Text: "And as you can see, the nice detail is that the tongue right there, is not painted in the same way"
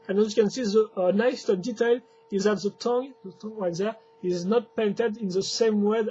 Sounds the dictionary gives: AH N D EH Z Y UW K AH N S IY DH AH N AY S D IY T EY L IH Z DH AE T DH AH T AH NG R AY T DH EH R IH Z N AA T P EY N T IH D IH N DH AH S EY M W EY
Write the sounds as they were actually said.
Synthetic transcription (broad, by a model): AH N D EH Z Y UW K AH N S IY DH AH N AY S D IY T EY L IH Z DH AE T DH AH T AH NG W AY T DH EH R IH Z N AA T P EY N T IH D IH N DH AH S EY M W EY